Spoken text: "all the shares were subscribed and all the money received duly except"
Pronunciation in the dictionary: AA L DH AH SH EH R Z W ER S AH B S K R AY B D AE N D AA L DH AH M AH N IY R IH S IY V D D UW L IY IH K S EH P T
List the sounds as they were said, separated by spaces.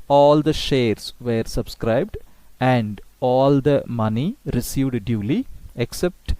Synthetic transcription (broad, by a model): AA L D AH SH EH R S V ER S AH B S K R AY B D AE N D AA L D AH M AH N IY R IH S IY V D D UW L IY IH K S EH P T